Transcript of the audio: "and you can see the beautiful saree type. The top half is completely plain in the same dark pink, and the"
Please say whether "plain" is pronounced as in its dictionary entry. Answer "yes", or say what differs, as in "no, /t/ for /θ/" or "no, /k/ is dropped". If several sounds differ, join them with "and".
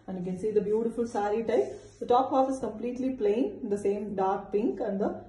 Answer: no, /n/ is dropped